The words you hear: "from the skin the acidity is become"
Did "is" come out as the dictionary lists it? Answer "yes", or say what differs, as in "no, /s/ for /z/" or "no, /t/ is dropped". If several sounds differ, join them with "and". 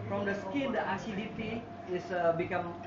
no, /s/ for /z/